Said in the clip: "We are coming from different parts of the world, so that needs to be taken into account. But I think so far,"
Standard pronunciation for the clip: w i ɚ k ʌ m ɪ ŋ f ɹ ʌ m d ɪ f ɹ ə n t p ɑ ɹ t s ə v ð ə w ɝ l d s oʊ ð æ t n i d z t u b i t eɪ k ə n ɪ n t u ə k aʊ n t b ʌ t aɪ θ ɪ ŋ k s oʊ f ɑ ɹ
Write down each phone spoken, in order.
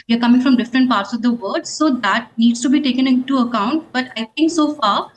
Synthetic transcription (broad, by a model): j ɚ k ʌ m ɪ ŋ f ɹ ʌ m d ɪ f ɹ ə n t p ɑ ɹ t s ə v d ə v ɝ d s oʊ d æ t n i d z t u b i t eɪ k ə n ɪ n t u ə k aʊ n t b ʌ t aɪ t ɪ ŋ k s oʊ f ɑ ɹ